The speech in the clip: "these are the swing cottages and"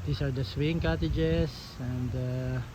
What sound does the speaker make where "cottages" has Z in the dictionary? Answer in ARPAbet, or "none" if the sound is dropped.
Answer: S